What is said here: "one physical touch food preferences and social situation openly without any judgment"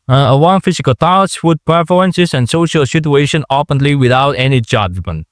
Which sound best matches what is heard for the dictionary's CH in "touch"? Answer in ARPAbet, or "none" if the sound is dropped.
S